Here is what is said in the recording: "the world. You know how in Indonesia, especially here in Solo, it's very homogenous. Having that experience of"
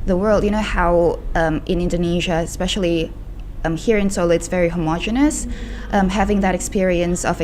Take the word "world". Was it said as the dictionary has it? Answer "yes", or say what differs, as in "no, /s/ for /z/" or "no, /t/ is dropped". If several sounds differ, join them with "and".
yes